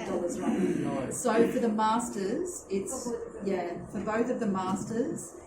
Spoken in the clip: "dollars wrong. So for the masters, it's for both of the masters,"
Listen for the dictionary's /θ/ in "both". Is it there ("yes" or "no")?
yes